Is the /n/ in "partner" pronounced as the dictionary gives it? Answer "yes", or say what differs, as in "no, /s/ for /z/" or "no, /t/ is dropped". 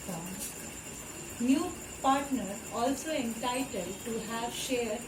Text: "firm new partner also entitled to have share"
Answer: yes